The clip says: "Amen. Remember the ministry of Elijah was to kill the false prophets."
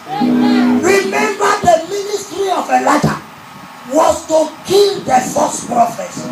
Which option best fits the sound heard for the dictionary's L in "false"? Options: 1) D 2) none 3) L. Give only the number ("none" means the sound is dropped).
2